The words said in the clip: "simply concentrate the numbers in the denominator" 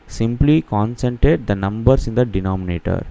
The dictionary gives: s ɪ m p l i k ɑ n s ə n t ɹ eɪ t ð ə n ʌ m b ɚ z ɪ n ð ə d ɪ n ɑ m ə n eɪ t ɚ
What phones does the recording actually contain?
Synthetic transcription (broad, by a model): s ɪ m p l i k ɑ n s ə n t eɪ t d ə n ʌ m b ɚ s ɪ n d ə d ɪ n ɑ m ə n eɪ t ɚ